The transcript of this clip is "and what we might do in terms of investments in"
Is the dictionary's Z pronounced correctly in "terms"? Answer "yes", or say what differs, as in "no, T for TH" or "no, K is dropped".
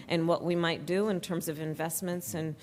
yes